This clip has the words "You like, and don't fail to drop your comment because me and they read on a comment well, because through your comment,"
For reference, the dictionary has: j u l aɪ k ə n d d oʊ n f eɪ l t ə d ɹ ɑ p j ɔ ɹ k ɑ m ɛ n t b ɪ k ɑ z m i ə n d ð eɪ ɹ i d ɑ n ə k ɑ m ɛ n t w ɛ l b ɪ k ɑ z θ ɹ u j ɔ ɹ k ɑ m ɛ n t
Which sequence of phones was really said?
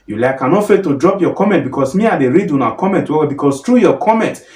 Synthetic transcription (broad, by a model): j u l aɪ k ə n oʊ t f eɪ t ə d ɹ ɑ p j ɔ k ɑ m ɛ n t b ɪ k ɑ s m i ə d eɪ ɹ i d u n ə k ɑ m ɛ n t w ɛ w b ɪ k ɑ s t ɹ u j ɔ k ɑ m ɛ n t